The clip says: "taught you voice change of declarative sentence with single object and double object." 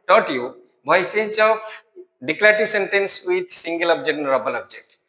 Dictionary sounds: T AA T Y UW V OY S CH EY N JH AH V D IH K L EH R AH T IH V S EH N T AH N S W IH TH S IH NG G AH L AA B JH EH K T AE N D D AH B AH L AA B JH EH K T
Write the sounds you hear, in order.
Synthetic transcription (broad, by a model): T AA T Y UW B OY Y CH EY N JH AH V D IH K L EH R T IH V S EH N T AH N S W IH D S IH NG G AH L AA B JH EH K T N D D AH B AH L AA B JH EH K T